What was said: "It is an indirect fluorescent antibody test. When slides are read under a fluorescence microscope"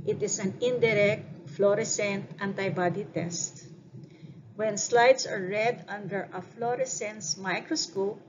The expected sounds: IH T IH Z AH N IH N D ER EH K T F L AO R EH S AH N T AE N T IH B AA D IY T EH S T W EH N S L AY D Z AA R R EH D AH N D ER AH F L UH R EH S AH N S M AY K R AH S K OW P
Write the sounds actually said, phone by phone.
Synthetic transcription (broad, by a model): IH T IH S AH N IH N D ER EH K T F L AO R EH S AH N T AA N T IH B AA D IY T EH S T W EH N S L AY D S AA R R EH D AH N D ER AH F L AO R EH S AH N S M AY K R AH S K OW P